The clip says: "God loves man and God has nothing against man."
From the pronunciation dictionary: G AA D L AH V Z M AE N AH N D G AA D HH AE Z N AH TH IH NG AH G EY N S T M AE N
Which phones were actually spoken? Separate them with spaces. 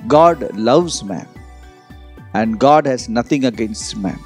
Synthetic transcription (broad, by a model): G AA D L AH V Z M AE N AH N D G AA D HH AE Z N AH T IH NG AH G EY N S T M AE N